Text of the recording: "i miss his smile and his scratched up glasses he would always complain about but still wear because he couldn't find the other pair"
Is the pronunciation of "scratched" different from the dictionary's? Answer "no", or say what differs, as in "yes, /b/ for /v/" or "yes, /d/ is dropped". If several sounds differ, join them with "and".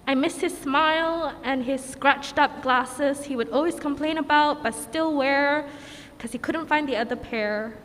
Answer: no